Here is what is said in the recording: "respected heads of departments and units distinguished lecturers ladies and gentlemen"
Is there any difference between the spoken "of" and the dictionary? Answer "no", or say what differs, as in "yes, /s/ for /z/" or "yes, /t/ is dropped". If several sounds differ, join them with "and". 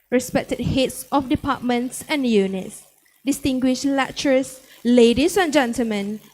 yes, /f/ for /v/